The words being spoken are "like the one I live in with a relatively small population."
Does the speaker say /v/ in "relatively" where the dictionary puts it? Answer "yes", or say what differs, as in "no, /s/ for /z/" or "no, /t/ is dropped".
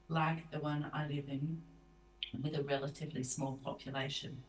yes